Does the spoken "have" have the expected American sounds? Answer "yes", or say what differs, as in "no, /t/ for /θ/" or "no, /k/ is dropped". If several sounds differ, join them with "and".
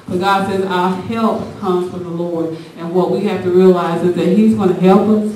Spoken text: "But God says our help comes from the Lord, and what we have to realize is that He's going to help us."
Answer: no, /f/ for /v/